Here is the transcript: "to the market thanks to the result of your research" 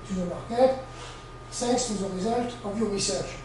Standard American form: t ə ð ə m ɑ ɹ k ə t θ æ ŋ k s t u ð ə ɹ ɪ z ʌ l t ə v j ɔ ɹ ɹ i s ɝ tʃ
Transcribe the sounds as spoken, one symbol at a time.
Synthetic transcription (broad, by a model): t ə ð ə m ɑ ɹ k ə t s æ k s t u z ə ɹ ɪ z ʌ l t ə v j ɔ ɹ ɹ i s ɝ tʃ